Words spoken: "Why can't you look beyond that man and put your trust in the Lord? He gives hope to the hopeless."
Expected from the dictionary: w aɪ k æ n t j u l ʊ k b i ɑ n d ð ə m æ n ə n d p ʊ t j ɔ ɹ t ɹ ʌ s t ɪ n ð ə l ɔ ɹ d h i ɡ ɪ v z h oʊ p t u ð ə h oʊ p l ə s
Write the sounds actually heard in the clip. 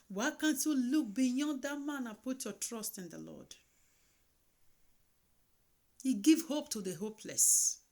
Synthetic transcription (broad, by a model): w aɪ k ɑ n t j u l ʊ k b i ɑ d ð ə m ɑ n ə p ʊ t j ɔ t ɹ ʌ s t ɪ n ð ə l ɔ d h i ɡ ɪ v h oʊ p t u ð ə h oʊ p l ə s